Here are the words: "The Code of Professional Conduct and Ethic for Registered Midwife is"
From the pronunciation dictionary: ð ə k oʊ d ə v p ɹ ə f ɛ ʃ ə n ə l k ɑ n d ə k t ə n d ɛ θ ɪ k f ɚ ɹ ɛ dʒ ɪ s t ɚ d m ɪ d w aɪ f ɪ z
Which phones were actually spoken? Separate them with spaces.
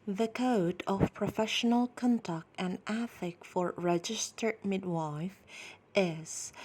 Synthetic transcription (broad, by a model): ð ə k oʊ d ə v p ɹ ə f ɛ ʃ ə n ə l k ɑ n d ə k t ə n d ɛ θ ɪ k f ɚ ɹ ɛ dʒ ɪ s t ɚ d m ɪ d w aɪ f ɪ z